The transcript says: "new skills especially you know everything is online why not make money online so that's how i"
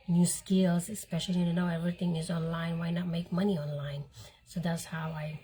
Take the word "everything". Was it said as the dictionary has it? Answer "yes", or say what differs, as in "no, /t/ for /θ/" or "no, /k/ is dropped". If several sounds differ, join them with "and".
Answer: no, /t/ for /θ/